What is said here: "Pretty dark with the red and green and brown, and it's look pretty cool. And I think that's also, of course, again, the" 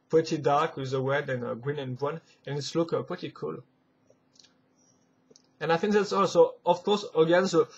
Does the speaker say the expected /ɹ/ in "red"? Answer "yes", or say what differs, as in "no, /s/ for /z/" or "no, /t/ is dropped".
no, /w/ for /ɹ/